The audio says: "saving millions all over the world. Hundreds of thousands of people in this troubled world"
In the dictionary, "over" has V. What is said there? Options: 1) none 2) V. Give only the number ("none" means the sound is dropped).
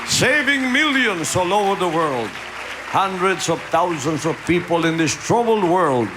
1